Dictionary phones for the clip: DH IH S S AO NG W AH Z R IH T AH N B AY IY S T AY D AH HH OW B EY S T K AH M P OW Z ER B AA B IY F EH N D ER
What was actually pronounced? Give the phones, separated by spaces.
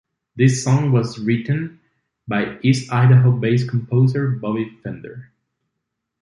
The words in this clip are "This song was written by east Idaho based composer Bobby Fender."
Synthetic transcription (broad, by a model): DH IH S S AO NG W AH Z R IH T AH N B AY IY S AY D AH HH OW B EY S K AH M P OW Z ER B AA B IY F EH N D ER